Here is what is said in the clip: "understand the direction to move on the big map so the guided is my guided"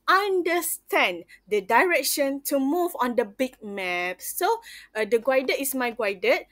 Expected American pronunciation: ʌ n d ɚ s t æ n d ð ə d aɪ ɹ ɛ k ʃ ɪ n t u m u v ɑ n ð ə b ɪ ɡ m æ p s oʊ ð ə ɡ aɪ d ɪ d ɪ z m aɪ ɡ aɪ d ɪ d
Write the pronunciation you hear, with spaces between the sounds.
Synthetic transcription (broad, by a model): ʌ n d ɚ s t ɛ n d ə d aɪ ɹ ɛ k ʃ ɪ n t u m u v ɑ n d ə b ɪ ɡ m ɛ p s oʊ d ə ɡ aɪ d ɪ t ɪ s m aɪ ɡ aɪ d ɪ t